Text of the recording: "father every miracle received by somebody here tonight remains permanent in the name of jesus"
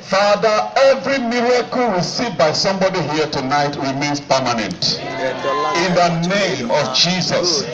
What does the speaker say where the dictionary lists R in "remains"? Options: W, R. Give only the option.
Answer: W